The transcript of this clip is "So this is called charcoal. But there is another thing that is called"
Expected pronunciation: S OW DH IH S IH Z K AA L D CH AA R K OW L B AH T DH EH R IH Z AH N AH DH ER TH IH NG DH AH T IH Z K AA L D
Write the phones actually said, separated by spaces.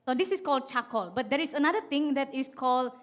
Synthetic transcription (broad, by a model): S OW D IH S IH S K AA L D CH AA K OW L B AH T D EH R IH S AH N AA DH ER T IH NG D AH T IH S K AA L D